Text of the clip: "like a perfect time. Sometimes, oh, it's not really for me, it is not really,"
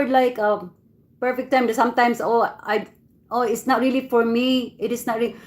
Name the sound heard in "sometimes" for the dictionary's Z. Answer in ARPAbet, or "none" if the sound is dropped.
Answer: S